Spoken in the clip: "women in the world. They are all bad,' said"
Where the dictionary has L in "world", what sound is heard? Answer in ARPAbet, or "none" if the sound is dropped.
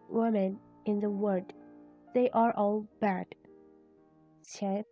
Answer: none